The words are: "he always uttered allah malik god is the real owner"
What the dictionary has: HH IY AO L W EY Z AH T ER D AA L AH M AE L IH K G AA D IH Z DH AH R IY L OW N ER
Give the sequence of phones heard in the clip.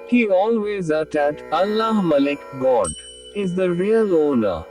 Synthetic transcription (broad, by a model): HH IY AO L W EY Z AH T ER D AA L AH M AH L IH K G AA D IH Z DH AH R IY L OW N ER